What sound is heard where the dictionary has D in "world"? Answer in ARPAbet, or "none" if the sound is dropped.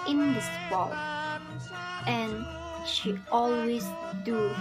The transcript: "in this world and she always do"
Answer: none